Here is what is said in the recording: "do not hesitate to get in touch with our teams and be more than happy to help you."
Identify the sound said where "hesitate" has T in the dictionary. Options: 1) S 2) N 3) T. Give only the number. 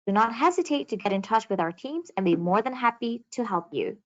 3